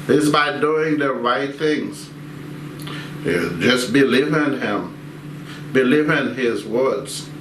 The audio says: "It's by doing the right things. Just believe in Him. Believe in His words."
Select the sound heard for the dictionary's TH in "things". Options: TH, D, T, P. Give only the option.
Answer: TH